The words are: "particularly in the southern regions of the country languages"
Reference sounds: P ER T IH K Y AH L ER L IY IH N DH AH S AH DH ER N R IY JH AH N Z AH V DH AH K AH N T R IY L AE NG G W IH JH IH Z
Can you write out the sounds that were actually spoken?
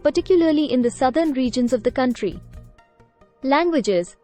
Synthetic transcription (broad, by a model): P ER T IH K Y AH L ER L IY IH N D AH S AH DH ER N R IY JH AH N Z AH V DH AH K AH N T R IY L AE NG G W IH JH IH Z